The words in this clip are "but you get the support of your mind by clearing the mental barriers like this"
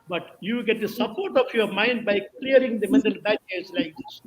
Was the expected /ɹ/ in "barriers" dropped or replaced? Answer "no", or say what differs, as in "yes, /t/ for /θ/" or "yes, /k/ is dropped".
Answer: yes, /ɹ/ is dropped